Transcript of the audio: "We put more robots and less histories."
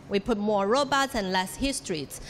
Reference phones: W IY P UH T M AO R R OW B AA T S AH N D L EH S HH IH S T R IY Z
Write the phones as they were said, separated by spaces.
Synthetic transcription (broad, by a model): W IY P UH T M AO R R OW B AA T S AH N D L EH S HH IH S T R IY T